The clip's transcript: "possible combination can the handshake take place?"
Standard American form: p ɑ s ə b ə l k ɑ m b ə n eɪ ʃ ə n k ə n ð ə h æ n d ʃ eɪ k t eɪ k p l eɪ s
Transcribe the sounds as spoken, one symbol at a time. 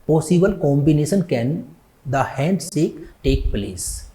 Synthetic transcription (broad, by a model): p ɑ s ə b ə l k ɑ m b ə n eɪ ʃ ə n k ə n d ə h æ n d s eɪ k t eɪ k p l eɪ s